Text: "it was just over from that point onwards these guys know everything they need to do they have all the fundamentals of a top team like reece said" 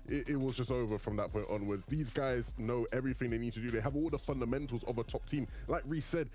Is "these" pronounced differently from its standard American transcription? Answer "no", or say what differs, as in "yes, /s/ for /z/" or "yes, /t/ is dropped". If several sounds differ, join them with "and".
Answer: no